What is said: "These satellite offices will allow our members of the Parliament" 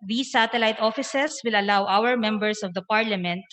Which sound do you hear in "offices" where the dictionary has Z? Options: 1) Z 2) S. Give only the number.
2